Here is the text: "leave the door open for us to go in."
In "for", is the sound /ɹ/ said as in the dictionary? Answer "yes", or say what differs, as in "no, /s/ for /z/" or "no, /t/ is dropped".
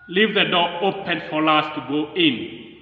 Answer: no, /l/ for /ɹ/